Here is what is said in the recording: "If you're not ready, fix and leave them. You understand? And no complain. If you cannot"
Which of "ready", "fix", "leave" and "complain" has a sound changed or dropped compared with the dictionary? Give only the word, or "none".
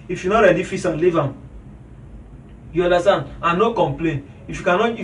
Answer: fix